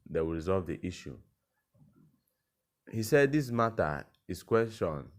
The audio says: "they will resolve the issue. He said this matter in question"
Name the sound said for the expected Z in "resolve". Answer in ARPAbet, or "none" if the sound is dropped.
Z